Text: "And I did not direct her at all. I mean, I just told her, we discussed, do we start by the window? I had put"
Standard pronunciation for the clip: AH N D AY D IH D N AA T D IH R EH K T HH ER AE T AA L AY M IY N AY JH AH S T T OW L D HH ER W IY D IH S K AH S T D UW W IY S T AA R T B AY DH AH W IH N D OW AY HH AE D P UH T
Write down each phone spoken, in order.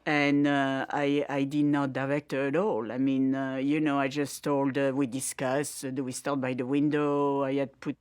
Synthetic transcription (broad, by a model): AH N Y AY D IH D N AA T D IH R EH K T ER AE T AA L AY M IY N AY JH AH S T T OW L D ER W IY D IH S K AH S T D UW W IY S T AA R T B AY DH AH W IH N D OW AY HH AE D P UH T